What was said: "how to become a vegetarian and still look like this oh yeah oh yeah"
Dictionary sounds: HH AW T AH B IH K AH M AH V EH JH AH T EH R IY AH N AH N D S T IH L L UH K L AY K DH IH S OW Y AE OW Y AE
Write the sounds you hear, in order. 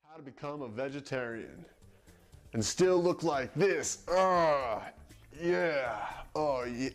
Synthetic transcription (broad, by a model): HH AW T AH B IH K AH M AH V EH JH AH T EH R IY AH N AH N S T IH L L UH K L AY K DH IH S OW Y AE OW Y